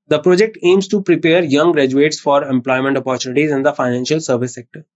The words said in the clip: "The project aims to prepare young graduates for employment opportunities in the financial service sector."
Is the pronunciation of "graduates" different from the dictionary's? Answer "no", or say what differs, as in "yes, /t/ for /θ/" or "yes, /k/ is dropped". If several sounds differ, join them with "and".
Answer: no